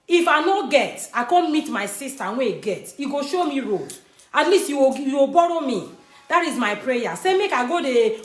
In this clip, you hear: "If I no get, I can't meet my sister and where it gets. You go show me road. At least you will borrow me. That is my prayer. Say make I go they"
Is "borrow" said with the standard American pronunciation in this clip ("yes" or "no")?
yes